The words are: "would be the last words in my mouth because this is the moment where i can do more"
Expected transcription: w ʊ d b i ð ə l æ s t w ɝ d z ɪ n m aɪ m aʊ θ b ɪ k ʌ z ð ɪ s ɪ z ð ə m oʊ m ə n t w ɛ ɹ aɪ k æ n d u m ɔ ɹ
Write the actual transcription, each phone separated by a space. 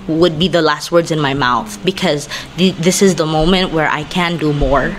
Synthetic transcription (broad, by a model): w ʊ d b i ð ə l æ s t w ɝ d z ɪ n m aɪ m aʊ θ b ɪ k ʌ z ð ɪ s ɪ z ð ə m oʊ m ə n t w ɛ ɹ aɪ k æ n d u m ɔ ɹ